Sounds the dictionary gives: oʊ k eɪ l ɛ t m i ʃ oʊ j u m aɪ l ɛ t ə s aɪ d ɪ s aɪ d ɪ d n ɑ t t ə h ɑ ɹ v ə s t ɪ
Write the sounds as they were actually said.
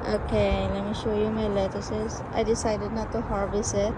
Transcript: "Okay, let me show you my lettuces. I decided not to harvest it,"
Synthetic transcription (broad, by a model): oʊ k eɪ l ɛ t m i ʃ oʊ j u m aɪ l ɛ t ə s aɪ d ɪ s aɪ d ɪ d n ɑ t t ə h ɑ ɹ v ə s ɪ